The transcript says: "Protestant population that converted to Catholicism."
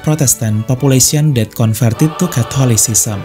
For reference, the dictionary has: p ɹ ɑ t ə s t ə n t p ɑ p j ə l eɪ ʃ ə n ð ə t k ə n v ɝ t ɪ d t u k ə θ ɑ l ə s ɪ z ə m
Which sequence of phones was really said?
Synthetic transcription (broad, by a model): p ɹ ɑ t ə s t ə n p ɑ p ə l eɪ s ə n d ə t k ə n f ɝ t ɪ t u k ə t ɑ l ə s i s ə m